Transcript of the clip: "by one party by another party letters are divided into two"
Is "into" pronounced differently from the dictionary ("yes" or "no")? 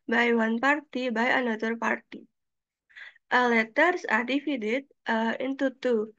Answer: no